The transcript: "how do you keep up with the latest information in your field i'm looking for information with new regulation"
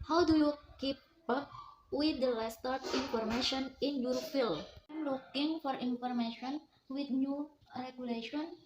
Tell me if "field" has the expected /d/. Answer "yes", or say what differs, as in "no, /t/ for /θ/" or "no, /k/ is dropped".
no, /d/ is dropped